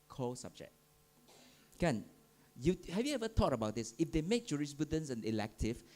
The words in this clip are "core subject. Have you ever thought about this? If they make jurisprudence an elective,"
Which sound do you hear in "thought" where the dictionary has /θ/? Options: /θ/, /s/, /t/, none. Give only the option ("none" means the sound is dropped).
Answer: /t/